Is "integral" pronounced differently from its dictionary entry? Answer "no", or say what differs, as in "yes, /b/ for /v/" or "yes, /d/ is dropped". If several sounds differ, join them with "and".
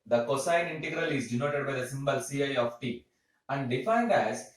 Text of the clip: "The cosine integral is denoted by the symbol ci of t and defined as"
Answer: no